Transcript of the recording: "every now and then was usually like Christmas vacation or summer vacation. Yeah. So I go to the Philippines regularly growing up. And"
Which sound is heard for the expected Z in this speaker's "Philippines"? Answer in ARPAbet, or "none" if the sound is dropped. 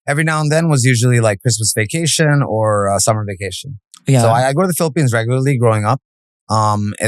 Z